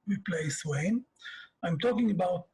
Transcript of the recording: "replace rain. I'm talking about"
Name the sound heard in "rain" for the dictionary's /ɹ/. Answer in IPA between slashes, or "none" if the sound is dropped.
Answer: /w/